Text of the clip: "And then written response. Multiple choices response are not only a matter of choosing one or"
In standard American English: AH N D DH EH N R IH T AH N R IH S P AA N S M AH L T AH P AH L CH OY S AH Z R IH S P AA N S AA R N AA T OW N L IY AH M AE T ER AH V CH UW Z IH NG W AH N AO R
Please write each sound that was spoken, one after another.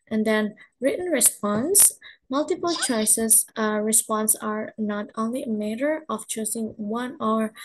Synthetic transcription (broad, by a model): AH N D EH N R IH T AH N R IH S P AA N S M AH L T AH P AH L CH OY S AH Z R IH S P AA N S AA R N AA T OW N L IY AH M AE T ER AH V CH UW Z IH NG W AH N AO R